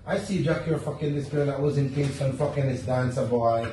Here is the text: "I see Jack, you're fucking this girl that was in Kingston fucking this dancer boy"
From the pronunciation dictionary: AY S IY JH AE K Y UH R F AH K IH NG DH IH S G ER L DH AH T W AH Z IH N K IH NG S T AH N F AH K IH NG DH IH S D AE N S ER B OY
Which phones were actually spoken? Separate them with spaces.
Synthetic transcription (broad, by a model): AY S IY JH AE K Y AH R F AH K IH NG DH IH S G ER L DH AH T W AH Z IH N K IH S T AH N F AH K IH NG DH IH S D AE N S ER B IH